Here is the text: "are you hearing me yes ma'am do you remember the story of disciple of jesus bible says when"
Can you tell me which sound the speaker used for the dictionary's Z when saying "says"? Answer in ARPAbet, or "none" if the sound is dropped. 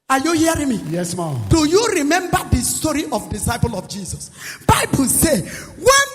none